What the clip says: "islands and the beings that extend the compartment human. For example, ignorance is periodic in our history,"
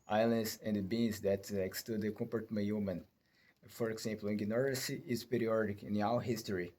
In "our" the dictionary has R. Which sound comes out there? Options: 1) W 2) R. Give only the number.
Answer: 1